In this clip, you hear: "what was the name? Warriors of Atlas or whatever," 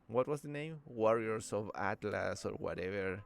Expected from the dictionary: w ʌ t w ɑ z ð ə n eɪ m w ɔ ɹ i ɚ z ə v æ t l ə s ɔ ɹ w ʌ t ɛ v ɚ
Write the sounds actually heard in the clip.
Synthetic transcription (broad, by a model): w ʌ t w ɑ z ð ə n eɪ m w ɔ ɹ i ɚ s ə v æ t l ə s ɔ ɹ w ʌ t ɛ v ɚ